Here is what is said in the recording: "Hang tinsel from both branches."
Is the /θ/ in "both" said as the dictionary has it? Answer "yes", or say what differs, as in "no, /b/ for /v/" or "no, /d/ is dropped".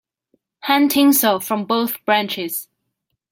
yes